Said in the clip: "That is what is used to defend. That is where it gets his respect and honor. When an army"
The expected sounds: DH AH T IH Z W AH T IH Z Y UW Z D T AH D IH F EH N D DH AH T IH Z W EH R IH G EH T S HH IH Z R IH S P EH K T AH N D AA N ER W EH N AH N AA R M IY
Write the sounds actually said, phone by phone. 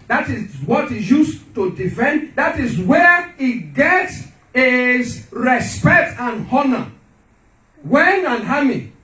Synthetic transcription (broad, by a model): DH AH T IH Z W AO T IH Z Y UW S T AH D IH F EH N D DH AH T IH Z W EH IH G EH T S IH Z R IH S P EH K T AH N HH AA N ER W EH N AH N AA M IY